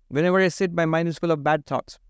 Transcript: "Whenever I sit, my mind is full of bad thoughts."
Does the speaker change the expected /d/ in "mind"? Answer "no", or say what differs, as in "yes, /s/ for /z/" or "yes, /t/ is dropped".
yes, /d/ is dropped